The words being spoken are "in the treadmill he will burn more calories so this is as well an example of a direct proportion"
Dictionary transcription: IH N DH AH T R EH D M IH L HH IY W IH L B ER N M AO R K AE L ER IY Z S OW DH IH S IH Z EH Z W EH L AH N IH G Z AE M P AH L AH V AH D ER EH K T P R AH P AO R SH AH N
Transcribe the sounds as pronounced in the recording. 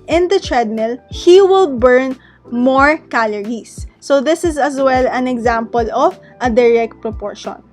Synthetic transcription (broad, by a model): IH N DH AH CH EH D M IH L HH IY W IH L B ER N M AO R K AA L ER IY S OW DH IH S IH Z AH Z W EH L AH N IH G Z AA M P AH L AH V AH D ER EH K T P R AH P AO R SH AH N